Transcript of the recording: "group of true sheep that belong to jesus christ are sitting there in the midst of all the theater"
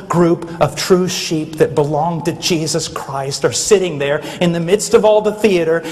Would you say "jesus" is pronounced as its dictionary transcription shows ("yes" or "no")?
yes